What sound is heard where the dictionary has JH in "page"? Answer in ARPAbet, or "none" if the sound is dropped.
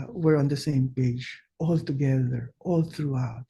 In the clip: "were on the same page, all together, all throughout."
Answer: JH